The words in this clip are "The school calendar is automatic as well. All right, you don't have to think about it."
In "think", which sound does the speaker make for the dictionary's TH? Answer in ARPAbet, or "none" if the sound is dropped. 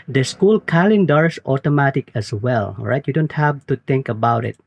T